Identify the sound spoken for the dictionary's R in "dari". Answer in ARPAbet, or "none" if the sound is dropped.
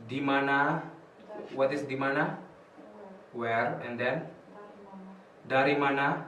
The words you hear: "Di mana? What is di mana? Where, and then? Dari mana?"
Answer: R